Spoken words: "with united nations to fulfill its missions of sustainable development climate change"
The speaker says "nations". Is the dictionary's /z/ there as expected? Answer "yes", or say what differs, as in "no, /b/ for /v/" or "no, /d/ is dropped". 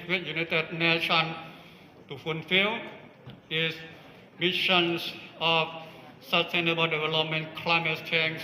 no, /z/ is dropped